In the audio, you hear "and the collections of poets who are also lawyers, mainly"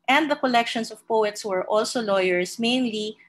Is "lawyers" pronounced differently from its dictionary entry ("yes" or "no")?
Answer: yes